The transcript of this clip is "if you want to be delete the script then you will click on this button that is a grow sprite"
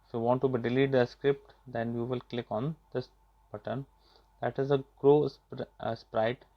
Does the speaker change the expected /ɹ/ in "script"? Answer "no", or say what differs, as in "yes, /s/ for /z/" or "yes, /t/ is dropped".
no